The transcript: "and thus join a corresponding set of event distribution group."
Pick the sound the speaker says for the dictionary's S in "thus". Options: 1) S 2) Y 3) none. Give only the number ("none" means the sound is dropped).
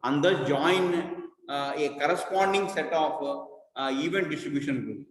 3